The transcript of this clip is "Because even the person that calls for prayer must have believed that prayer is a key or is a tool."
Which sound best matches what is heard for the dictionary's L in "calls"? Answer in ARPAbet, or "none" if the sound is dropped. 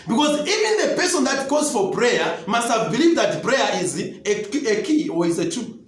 none